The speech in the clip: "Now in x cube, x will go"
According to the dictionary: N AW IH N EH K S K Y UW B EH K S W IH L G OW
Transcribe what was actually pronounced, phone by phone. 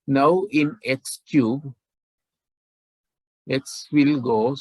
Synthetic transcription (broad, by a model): N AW IH N EH K S K Y UW B EH K S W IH L G OW